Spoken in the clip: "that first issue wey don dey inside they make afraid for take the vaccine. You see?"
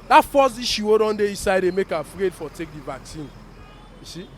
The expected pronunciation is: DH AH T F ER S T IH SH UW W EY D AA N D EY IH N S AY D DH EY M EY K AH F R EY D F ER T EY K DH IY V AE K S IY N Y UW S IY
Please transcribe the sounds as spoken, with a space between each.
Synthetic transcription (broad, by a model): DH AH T F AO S IY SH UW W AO D AA N D EY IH S AY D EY M EY K AH F R EY D F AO T EY K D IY V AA K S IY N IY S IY